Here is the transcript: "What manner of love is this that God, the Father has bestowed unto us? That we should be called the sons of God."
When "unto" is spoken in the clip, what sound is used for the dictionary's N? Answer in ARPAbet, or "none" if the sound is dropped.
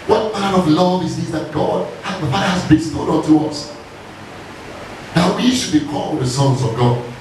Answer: none